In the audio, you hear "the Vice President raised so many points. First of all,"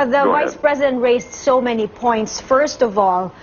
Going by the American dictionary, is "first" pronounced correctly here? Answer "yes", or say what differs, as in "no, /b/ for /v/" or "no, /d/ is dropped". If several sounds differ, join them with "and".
yes